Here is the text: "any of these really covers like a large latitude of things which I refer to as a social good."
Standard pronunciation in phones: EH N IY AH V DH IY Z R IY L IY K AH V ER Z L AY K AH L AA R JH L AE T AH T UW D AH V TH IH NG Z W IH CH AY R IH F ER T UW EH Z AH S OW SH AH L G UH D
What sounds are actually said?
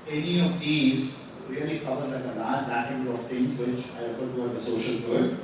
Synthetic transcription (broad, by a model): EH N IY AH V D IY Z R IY L IY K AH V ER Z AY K AH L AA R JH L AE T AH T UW AH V T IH NG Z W IH CH AY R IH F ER T UW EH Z AH S OW SH AH L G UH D